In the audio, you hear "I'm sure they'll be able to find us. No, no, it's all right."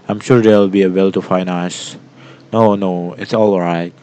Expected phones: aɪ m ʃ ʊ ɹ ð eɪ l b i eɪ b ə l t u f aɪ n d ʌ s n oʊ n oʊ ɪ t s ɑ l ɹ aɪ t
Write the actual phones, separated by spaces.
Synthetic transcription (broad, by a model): aɪ m ʃ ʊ ɹ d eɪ l b i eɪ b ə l t u f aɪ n ʌ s n oʊ n oʊ ɪ t s ɑ l ɹ aɪ t